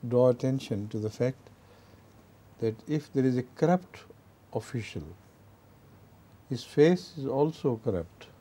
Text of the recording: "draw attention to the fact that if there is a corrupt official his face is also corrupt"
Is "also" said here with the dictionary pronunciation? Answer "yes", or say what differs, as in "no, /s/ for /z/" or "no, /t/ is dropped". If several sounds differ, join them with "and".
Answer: yes